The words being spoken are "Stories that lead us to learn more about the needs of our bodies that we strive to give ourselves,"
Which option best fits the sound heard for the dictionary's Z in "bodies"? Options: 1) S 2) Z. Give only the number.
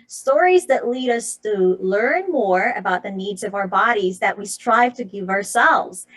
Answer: 2